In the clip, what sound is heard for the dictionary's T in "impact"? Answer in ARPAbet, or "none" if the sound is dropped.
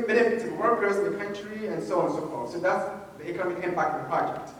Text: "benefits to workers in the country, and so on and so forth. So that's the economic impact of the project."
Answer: none